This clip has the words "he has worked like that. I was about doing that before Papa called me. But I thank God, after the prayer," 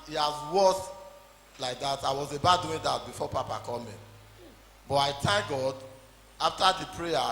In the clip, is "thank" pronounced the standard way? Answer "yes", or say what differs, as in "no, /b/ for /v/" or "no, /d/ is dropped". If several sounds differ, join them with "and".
no, /t/ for /θ/